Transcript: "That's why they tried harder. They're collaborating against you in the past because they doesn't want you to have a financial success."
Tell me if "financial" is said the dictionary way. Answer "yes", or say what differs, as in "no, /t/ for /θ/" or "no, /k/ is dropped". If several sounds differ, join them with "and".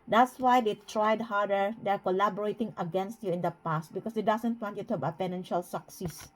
no, /p/ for /f/